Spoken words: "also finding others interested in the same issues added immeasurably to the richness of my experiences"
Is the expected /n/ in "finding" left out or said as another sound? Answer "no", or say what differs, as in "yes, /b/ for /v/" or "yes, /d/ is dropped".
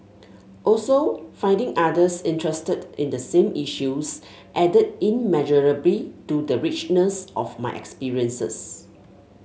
no